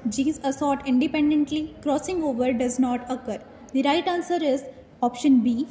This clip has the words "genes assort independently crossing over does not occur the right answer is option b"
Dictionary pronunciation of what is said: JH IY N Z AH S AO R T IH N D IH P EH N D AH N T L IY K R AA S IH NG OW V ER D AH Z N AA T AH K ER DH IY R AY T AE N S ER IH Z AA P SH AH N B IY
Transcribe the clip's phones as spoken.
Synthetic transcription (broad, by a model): JH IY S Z AH S AO R T IH N D IH P EH N D AH N T L IY K R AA S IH NG OW V ER D AH Z N AA T AH K ER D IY R AY T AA N S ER IH Z AA P SH AH N B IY